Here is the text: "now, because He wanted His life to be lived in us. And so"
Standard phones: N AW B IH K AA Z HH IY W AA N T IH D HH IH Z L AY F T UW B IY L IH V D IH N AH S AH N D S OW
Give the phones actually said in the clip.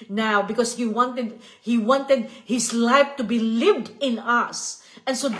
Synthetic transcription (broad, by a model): N AW B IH K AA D HH IY W AA N T IH D HH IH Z L AY F T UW B IY L IH V D IH N AH S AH N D S OW